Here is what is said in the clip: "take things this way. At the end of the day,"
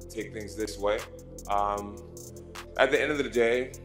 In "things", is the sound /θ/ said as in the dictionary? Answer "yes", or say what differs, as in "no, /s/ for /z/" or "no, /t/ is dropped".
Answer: yes